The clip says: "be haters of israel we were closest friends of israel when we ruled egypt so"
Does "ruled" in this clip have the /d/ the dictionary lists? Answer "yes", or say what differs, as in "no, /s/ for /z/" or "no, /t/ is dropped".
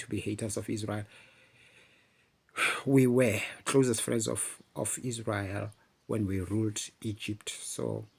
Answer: yes